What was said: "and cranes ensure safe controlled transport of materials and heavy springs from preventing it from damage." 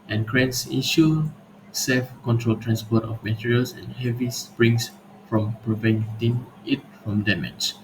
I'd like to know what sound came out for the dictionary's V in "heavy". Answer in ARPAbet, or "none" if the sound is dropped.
V